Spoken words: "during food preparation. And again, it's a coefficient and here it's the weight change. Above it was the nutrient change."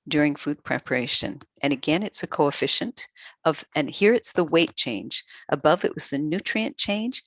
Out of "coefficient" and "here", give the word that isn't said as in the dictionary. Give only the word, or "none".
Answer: none